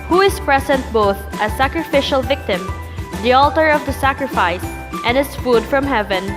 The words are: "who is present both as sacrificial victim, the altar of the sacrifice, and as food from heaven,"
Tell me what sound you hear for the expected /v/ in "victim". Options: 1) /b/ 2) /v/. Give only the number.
2